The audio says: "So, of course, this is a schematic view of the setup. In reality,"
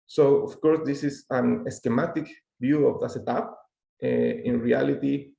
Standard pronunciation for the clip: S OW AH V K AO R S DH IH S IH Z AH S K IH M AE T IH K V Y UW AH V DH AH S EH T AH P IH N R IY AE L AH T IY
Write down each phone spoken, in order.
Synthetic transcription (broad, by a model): S OW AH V K AO R S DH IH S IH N AH S K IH M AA T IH K B Y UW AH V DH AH S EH T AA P IH N R IY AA L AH T IY